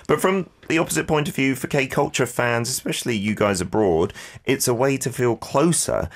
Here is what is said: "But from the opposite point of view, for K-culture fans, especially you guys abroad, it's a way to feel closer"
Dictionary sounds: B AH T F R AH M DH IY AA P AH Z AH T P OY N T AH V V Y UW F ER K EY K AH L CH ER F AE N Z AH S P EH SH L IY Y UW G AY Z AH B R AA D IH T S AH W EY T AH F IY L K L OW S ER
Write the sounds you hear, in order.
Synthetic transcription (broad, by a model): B AH T F R AH M DH IY AA P AH Z AH T P OY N T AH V V Y UW F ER K EY K AH L CH ER F AE N Z AH S P EH SH L IY Y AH G AY Z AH B R AA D IH T S AH W EY T AH F IY L K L OW S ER